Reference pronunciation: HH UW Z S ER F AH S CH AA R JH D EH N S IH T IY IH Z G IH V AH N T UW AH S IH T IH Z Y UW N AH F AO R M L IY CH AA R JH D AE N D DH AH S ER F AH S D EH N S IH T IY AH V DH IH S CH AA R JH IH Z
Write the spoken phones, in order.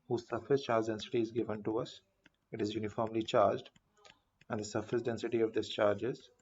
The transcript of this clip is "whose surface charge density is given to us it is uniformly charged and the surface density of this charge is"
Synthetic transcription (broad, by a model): HH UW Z S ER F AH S CH AA R JH D EH N S IH T IY IH Z G IH V AH N T UW AH S IH T IH Z Y UW N AH F AO R M L IY CH AA R JH D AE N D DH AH S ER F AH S D EH N S IH T IY AH V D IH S CH AA R JH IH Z